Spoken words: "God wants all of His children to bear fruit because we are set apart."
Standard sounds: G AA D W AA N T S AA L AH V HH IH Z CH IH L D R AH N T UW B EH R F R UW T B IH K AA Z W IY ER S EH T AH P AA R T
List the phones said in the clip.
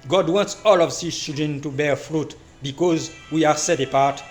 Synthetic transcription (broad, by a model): G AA D W AA N T S AA L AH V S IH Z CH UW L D R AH N T UW B EH R F R UW T B IH K AA Z W IY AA S EH T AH P AA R T